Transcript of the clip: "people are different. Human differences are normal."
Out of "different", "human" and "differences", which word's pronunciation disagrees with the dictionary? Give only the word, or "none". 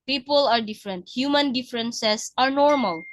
differences